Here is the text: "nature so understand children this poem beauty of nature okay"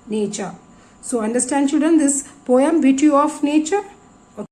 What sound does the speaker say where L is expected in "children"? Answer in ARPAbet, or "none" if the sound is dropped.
none